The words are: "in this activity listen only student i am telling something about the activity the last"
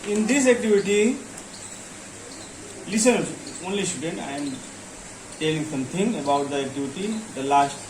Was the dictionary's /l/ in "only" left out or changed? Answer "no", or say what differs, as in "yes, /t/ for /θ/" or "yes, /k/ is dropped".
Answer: no